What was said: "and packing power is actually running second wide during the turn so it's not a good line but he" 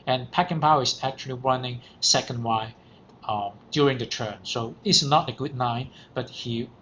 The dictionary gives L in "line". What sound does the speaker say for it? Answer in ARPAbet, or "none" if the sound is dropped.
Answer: N